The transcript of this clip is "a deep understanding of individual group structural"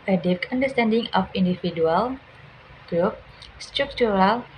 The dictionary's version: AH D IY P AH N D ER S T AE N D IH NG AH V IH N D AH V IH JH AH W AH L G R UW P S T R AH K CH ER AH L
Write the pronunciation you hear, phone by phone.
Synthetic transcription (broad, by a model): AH D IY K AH N D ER S T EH N D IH NG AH F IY N D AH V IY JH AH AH L G R UW P S T R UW K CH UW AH L